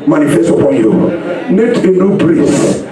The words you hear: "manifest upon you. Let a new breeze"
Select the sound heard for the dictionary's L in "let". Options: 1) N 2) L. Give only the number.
1